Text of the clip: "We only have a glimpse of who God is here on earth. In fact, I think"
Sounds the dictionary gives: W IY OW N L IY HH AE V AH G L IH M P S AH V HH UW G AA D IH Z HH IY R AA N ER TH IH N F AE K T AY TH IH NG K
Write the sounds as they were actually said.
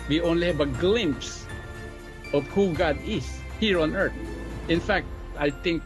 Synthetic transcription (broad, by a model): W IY OW N L IY HH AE V AH G L IH M P S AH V HH UW G AA D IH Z HH IY R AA N ER TH IH N F AE K T AY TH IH NG K